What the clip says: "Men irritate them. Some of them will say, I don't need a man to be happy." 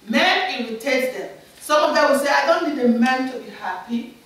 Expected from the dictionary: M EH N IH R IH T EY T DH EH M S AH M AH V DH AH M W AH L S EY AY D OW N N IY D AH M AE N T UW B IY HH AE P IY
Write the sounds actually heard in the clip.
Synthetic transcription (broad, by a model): M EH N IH W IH T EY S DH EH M S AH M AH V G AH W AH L S EY AY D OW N N IY D AH M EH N T UW B IY HH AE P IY